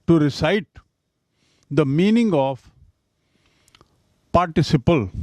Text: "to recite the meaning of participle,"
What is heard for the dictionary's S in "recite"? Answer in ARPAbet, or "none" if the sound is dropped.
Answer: S